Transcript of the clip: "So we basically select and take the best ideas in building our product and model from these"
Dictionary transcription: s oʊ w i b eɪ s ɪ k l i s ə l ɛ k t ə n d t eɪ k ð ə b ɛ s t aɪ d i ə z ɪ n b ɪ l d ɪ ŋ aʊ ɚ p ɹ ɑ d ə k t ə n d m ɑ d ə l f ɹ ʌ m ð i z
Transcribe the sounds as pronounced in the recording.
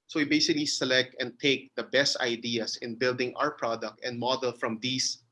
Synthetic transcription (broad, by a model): s oʊ w i b eɪ s ɪ k l i s ə l ɛ k t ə n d t eɪ k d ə b ɛ s t aɪ d i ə s ɪ n b ɪ l d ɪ ŋ aʊ ɚ p ɹ ɑ d ə k t ə n d m ɑ d ə l f ɹ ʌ m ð i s